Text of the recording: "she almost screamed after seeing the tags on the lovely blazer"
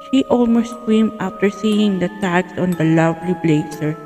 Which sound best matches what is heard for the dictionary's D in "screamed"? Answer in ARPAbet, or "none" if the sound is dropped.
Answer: none